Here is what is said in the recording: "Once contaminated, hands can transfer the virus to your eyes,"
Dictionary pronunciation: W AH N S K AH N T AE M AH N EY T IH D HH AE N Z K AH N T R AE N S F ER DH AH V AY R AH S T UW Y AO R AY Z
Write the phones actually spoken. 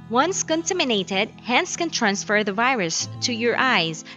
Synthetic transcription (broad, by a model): W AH N S K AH N T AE M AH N EY T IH D HH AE N S K AH N T R AE N S F ER DH AH V AY R AH S T UW Y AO R AY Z